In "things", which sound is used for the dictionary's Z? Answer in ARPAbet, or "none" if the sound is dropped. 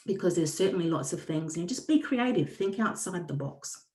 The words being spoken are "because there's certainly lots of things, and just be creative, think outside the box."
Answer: Z